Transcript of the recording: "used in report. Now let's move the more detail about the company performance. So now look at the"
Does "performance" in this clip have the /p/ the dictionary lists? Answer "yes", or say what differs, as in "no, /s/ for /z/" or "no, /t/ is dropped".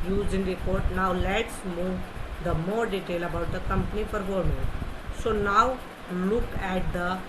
no, /f/ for /p/